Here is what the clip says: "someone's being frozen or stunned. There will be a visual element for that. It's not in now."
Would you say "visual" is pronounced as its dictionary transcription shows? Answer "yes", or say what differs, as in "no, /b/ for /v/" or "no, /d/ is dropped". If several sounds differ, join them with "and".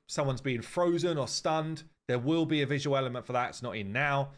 yes